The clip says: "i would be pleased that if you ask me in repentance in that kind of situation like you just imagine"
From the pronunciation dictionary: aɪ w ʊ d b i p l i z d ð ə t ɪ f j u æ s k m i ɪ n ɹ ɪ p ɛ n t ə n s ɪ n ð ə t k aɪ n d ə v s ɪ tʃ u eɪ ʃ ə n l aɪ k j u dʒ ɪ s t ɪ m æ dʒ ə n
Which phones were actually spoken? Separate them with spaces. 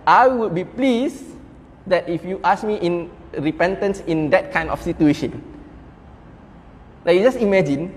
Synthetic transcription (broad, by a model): aɪ w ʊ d b i p l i s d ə t ɪ f j u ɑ s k m i ɪ n ɹ ɪ p ɛ n t ə n s ɪ n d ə t k aɪ n d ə f s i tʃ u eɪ ʃ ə n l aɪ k j u dʒ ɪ s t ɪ m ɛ dʒ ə n